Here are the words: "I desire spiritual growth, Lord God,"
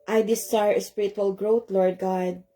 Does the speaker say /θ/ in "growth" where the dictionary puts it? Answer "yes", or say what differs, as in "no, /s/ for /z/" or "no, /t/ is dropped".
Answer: no, /t/ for /θ/